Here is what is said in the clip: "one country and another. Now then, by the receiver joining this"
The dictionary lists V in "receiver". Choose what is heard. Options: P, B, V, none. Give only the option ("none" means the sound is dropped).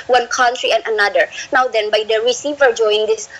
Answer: V